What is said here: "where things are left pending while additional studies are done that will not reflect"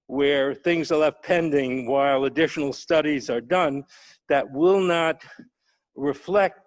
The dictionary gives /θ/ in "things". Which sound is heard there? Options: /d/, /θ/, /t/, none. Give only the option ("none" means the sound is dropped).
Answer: /θ/